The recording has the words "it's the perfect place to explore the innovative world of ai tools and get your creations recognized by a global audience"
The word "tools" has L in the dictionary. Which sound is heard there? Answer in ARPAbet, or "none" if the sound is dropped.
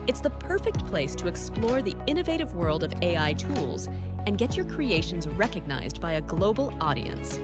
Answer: L